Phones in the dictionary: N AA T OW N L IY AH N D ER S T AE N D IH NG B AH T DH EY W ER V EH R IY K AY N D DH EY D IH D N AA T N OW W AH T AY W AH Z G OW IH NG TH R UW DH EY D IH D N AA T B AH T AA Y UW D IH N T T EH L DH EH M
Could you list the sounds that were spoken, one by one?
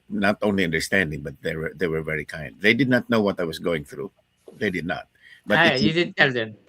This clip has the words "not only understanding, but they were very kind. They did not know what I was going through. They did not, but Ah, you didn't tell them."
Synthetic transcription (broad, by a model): N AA T OW N L IY AH N D ER S T AE N D IH NG B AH T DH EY W ER V EH R IY K AY N D DH EY D IH D N AA T N OW W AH T AY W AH S G OW IH NG TH R UW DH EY D IH D N AA T B AH T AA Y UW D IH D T T EH L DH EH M